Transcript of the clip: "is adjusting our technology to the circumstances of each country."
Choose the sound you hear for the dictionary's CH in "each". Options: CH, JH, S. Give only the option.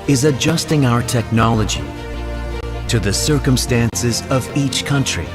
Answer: CH